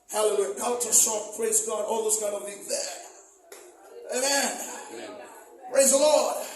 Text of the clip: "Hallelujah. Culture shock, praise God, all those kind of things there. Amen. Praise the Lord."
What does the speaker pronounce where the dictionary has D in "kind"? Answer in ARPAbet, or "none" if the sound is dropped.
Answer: none